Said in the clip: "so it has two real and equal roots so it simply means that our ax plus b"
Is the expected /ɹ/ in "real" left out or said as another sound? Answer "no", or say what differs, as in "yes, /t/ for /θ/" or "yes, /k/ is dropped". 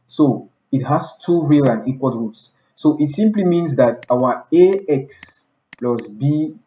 no